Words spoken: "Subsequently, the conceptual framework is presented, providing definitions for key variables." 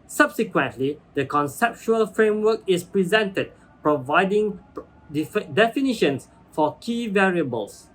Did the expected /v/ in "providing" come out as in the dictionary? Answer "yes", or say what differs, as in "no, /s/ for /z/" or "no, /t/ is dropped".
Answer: yes